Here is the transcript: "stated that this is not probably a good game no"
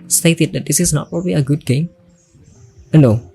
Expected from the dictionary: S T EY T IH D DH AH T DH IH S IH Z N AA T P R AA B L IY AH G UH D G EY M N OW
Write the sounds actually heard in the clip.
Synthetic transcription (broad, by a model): S T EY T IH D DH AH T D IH S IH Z N AA T P R AA B L IY AH G UH D G EY M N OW